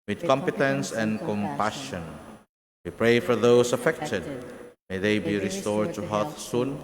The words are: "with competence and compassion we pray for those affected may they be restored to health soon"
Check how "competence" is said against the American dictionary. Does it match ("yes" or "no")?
yes